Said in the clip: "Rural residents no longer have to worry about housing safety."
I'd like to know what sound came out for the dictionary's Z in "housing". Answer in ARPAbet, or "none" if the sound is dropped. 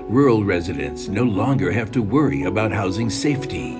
Z